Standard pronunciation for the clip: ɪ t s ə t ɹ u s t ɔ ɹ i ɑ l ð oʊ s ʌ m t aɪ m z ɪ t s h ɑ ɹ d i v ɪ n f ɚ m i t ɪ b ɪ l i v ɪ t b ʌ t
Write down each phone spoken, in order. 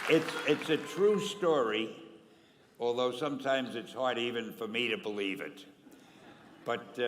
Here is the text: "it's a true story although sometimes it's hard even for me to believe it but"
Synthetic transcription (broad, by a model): ɪ t s ə t ɹ u s t ɔ ɹ i ɑ l ð oʊ s ʌ m t aɪ m z ɪ t s h ɑ ɹ d i v ɪ n f ɚ m i t ɪ b ɪ l i v ɪ t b ʌ t